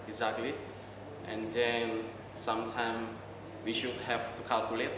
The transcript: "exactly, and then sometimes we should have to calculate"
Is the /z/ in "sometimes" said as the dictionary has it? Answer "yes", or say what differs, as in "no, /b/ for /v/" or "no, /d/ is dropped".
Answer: no, /z/ is dropped